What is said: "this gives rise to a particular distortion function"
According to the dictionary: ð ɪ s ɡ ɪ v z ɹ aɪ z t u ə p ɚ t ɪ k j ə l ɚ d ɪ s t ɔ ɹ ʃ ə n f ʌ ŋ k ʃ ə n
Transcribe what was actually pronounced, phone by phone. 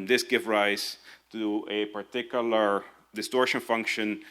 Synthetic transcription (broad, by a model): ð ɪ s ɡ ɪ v ɹ aɪ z t u ə p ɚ t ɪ k j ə l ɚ d ɪ s t ɔ ɹ ʃ ə n f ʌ ŋ k ʃ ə n